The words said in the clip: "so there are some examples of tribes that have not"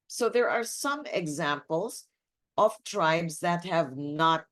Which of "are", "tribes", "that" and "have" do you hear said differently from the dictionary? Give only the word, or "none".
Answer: none